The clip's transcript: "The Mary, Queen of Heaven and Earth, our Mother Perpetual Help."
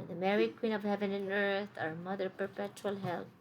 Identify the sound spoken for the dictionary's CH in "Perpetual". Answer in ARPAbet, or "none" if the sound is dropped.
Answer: CH